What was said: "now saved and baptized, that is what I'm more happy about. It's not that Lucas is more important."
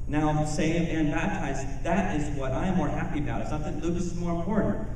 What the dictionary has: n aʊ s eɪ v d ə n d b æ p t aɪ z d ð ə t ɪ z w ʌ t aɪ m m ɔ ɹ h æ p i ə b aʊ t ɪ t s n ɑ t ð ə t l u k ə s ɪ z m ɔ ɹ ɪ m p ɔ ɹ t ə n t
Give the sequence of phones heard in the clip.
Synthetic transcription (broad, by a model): n aʊ s eɪ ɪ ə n b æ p t aɪ z ð ə t ɪ z w ʌ t aɪ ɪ m ɔ ɹ h æ p i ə b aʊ ɪ t s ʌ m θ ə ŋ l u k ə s ɪ z m ɔ ɹ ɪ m p ɔ ɹ t n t